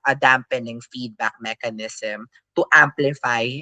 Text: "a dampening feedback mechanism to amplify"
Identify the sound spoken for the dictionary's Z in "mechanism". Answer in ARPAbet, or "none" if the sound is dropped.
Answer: S